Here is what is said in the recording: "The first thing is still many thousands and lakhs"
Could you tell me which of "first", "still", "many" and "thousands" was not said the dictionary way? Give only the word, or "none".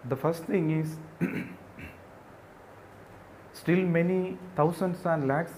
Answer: thousands